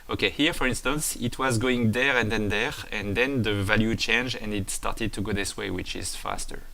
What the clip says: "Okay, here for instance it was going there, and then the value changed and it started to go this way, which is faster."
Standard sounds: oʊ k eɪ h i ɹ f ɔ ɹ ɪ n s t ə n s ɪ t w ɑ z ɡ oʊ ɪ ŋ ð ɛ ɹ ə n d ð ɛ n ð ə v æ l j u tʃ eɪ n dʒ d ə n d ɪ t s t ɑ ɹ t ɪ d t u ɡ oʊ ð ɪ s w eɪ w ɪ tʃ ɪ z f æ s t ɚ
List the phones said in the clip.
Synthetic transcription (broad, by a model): oʊ k eɪ h i ɹ f ɔ ɹ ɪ n s t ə n s ɪ t w ɑ z ɡ oʊ ɪ ŋ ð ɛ ɹ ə n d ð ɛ n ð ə v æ l j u tʃ eɪ n dʒ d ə n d ɪ t s t ɑ ɹ t ɪ d t u ɡ oʊ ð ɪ s w eɪ w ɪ tʃ ɪ z f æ s t ɚ